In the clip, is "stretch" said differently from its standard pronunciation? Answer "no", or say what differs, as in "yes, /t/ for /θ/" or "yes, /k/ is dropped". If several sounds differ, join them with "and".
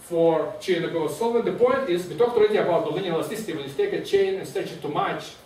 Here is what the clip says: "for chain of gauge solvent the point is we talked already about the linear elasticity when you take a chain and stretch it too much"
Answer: yes, /ɹ/ is dropped